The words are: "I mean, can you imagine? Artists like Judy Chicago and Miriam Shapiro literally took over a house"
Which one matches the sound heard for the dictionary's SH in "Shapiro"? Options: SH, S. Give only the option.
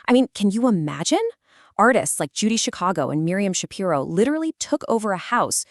SH